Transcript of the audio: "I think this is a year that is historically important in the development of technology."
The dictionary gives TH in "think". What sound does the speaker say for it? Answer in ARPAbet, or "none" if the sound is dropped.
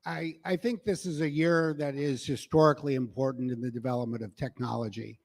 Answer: TH